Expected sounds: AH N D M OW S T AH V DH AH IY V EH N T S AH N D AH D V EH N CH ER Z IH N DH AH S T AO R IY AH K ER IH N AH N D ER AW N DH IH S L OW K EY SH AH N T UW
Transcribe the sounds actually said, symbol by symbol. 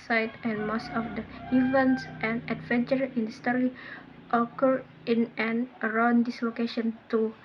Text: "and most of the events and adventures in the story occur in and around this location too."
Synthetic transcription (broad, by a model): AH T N M OW S T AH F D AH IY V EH N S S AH N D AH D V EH N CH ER IH N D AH S T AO R IY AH K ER IH N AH N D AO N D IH S L OW K EY SH AH N T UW